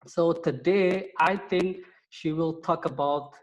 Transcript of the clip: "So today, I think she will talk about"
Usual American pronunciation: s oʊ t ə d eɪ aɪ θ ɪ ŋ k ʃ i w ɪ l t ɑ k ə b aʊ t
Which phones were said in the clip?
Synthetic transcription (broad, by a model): s oʊ t ə d eɪ aɪ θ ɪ ŋ k ʃ i w ɪ l t ɑ k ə b aʊ t